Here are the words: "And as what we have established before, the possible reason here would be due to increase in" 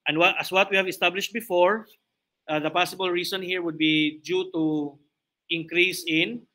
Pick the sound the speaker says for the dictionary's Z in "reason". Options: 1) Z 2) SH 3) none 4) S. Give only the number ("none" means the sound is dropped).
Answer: 4